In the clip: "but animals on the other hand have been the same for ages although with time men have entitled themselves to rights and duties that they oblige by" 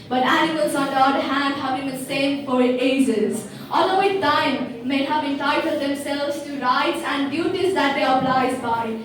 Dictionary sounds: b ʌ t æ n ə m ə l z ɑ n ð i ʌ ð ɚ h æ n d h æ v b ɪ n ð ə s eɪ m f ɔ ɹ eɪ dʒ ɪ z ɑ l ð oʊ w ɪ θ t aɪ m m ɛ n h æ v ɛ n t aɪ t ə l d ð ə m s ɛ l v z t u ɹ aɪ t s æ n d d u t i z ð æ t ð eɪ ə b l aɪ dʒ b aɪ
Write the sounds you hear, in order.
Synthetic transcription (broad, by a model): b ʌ t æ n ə m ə l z ɑ n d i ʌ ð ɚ h æ n d h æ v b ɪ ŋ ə s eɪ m f ɔ ɹ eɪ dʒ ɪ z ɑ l oʊ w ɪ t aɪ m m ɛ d h æ v ɛ n t aɪ t ə l d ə m s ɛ l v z t u ɹ aɪ t s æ n d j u t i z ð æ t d eɪ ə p l aɪ z b aɪ